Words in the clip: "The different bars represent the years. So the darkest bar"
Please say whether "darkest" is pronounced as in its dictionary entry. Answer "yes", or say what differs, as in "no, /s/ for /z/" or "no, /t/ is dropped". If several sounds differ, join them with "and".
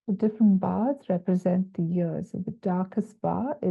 yes